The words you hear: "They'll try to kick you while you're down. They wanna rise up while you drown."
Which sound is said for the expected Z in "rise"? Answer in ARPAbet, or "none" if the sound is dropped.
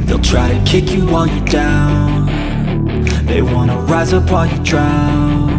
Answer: Z